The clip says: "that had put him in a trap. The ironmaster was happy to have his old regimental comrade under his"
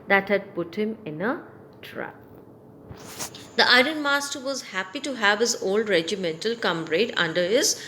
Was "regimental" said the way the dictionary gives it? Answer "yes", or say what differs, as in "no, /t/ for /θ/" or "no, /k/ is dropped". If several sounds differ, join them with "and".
yes